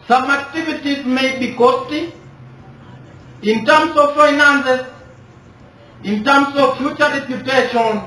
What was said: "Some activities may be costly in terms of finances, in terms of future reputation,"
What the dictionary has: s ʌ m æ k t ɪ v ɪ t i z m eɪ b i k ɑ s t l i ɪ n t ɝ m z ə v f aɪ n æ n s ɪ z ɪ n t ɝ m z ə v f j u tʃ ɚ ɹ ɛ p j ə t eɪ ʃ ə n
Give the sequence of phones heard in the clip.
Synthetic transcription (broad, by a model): s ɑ m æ k t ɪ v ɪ t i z m eɪ b i k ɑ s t i ɪ n t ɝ m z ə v f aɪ n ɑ n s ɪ s ɪ n t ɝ m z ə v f j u tʃ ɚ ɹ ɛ p j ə t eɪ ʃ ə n